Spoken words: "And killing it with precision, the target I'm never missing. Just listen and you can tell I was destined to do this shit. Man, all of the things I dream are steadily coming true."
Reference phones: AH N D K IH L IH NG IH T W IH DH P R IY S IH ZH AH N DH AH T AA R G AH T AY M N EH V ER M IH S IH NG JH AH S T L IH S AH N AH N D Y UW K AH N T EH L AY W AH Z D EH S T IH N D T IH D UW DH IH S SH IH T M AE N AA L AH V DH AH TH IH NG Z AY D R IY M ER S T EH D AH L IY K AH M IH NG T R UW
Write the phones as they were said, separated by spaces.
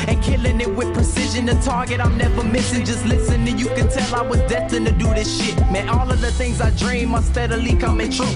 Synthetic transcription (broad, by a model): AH N K IH L IH NG IH T W IH DH P R IY S IH ZH AH N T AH T AA R G AH T AY M N EH V ER M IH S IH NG JH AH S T L IH S AH N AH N Y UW K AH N T EH L AY W AH Z D EH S T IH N T IH D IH DH IH S SH IH T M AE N AA L AH V DH AH TH IH NG Z AY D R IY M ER S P EH D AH L IY K AH M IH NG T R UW